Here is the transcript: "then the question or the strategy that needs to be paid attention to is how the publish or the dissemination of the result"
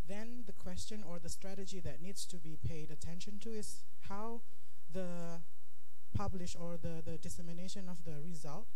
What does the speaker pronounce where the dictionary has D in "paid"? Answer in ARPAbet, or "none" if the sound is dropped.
D